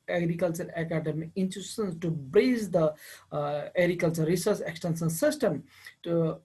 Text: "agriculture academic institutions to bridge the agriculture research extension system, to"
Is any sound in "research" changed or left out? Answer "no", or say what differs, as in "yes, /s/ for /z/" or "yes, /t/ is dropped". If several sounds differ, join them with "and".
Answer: yes, /s/ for /tʃ/